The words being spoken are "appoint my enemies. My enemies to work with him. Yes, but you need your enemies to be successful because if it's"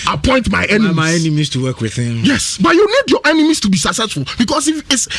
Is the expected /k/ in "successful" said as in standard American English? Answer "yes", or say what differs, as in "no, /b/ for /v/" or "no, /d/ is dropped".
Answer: no, /k/ is dropped